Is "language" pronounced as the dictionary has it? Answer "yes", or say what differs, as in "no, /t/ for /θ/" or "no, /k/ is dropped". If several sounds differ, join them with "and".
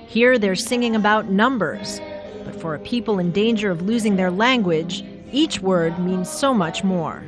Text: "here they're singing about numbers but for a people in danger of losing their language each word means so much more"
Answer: yes